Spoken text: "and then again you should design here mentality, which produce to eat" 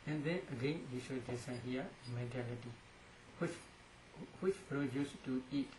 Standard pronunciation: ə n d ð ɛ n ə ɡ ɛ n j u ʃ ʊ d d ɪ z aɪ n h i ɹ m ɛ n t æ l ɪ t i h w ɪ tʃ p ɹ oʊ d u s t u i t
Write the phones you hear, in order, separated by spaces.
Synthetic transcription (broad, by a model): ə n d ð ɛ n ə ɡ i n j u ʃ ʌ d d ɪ s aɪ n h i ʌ m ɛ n t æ l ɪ t i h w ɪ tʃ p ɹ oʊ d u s t u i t